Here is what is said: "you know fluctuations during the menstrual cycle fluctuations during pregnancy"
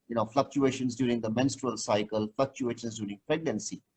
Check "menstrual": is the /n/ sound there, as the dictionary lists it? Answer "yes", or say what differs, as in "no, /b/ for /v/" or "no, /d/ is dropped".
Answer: yes